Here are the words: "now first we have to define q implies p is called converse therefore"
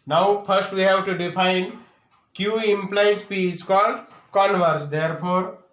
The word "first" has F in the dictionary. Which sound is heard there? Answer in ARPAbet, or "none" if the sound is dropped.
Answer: P